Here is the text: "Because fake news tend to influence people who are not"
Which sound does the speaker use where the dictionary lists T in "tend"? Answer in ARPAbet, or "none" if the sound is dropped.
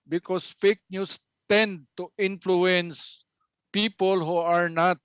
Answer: T